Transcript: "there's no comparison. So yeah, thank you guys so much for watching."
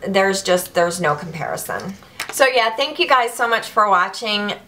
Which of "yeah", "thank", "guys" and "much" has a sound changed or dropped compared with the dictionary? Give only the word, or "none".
none